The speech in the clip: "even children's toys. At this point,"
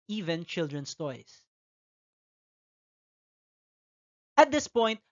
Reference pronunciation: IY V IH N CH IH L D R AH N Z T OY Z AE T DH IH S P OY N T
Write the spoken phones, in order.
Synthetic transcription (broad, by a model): IY V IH N CH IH L D R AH N S T OY S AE T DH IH S P OY N T